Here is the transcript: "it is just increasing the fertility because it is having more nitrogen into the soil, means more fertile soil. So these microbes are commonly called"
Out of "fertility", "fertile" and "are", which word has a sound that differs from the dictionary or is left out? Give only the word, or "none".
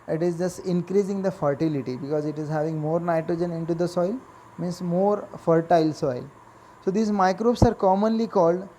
none